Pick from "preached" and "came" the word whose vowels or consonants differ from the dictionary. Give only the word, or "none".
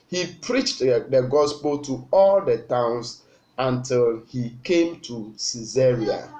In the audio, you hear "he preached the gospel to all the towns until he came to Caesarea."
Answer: none